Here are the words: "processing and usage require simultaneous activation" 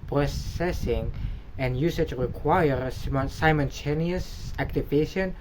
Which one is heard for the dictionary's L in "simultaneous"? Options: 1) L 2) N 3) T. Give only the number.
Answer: 2